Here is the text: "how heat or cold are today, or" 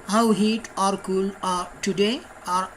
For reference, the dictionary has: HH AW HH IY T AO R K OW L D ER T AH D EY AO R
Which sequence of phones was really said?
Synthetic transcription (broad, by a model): HH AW HH IY T AO R K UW L ER T AH D EY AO R